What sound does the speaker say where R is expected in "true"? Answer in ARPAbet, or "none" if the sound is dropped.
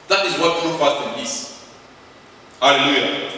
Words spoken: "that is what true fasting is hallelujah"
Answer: none